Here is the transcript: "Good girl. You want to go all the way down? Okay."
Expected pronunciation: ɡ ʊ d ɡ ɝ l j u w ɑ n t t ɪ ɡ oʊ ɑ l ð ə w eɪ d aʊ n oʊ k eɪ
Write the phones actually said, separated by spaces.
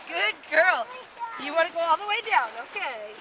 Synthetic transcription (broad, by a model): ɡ ʊ d ɡ ɝ l j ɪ w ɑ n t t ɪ ɡ oʊ ɑ l ð ə w eɪ d aʊ n oʊ k eɪ